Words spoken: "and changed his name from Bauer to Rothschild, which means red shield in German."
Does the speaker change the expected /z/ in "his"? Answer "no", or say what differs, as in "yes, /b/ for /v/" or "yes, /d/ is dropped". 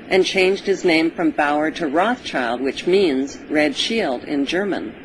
no